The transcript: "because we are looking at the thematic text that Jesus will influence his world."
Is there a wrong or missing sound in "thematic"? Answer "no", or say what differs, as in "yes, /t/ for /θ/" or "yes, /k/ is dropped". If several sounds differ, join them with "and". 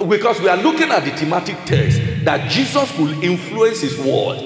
yes, /t/ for /θ/